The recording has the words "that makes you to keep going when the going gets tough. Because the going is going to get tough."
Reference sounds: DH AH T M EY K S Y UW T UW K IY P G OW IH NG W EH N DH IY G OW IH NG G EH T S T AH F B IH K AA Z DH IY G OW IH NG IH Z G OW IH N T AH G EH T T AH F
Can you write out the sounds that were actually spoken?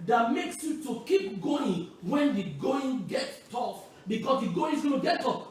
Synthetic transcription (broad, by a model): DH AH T M EY K S Y UW T UW K IY P G OW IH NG W EH N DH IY G OW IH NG G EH T T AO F B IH K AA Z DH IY G OW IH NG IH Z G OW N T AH G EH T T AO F